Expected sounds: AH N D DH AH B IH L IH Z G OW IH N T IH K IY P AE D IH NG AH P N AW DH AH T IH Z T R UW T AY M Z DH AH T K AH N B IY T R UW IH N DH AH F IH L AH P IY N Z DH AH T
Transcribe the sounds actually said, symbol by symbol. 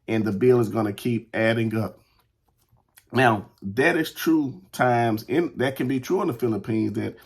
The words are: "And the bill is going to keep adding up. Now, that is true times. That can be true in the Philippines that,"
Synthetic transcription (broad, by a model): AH N DH AH B IH L IH Z G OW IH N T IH K IY P AE D IH NG AH P N AW DH AH T IH Z T R UW T AY M Z DH AH T K AH N B IY T R UW IH N DH AH F IH L AH P IY N Z DH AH T